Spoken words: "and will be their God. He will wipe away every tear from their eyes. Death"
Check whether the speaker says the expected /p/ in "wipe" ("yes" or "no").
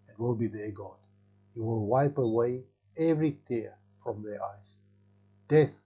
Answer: yes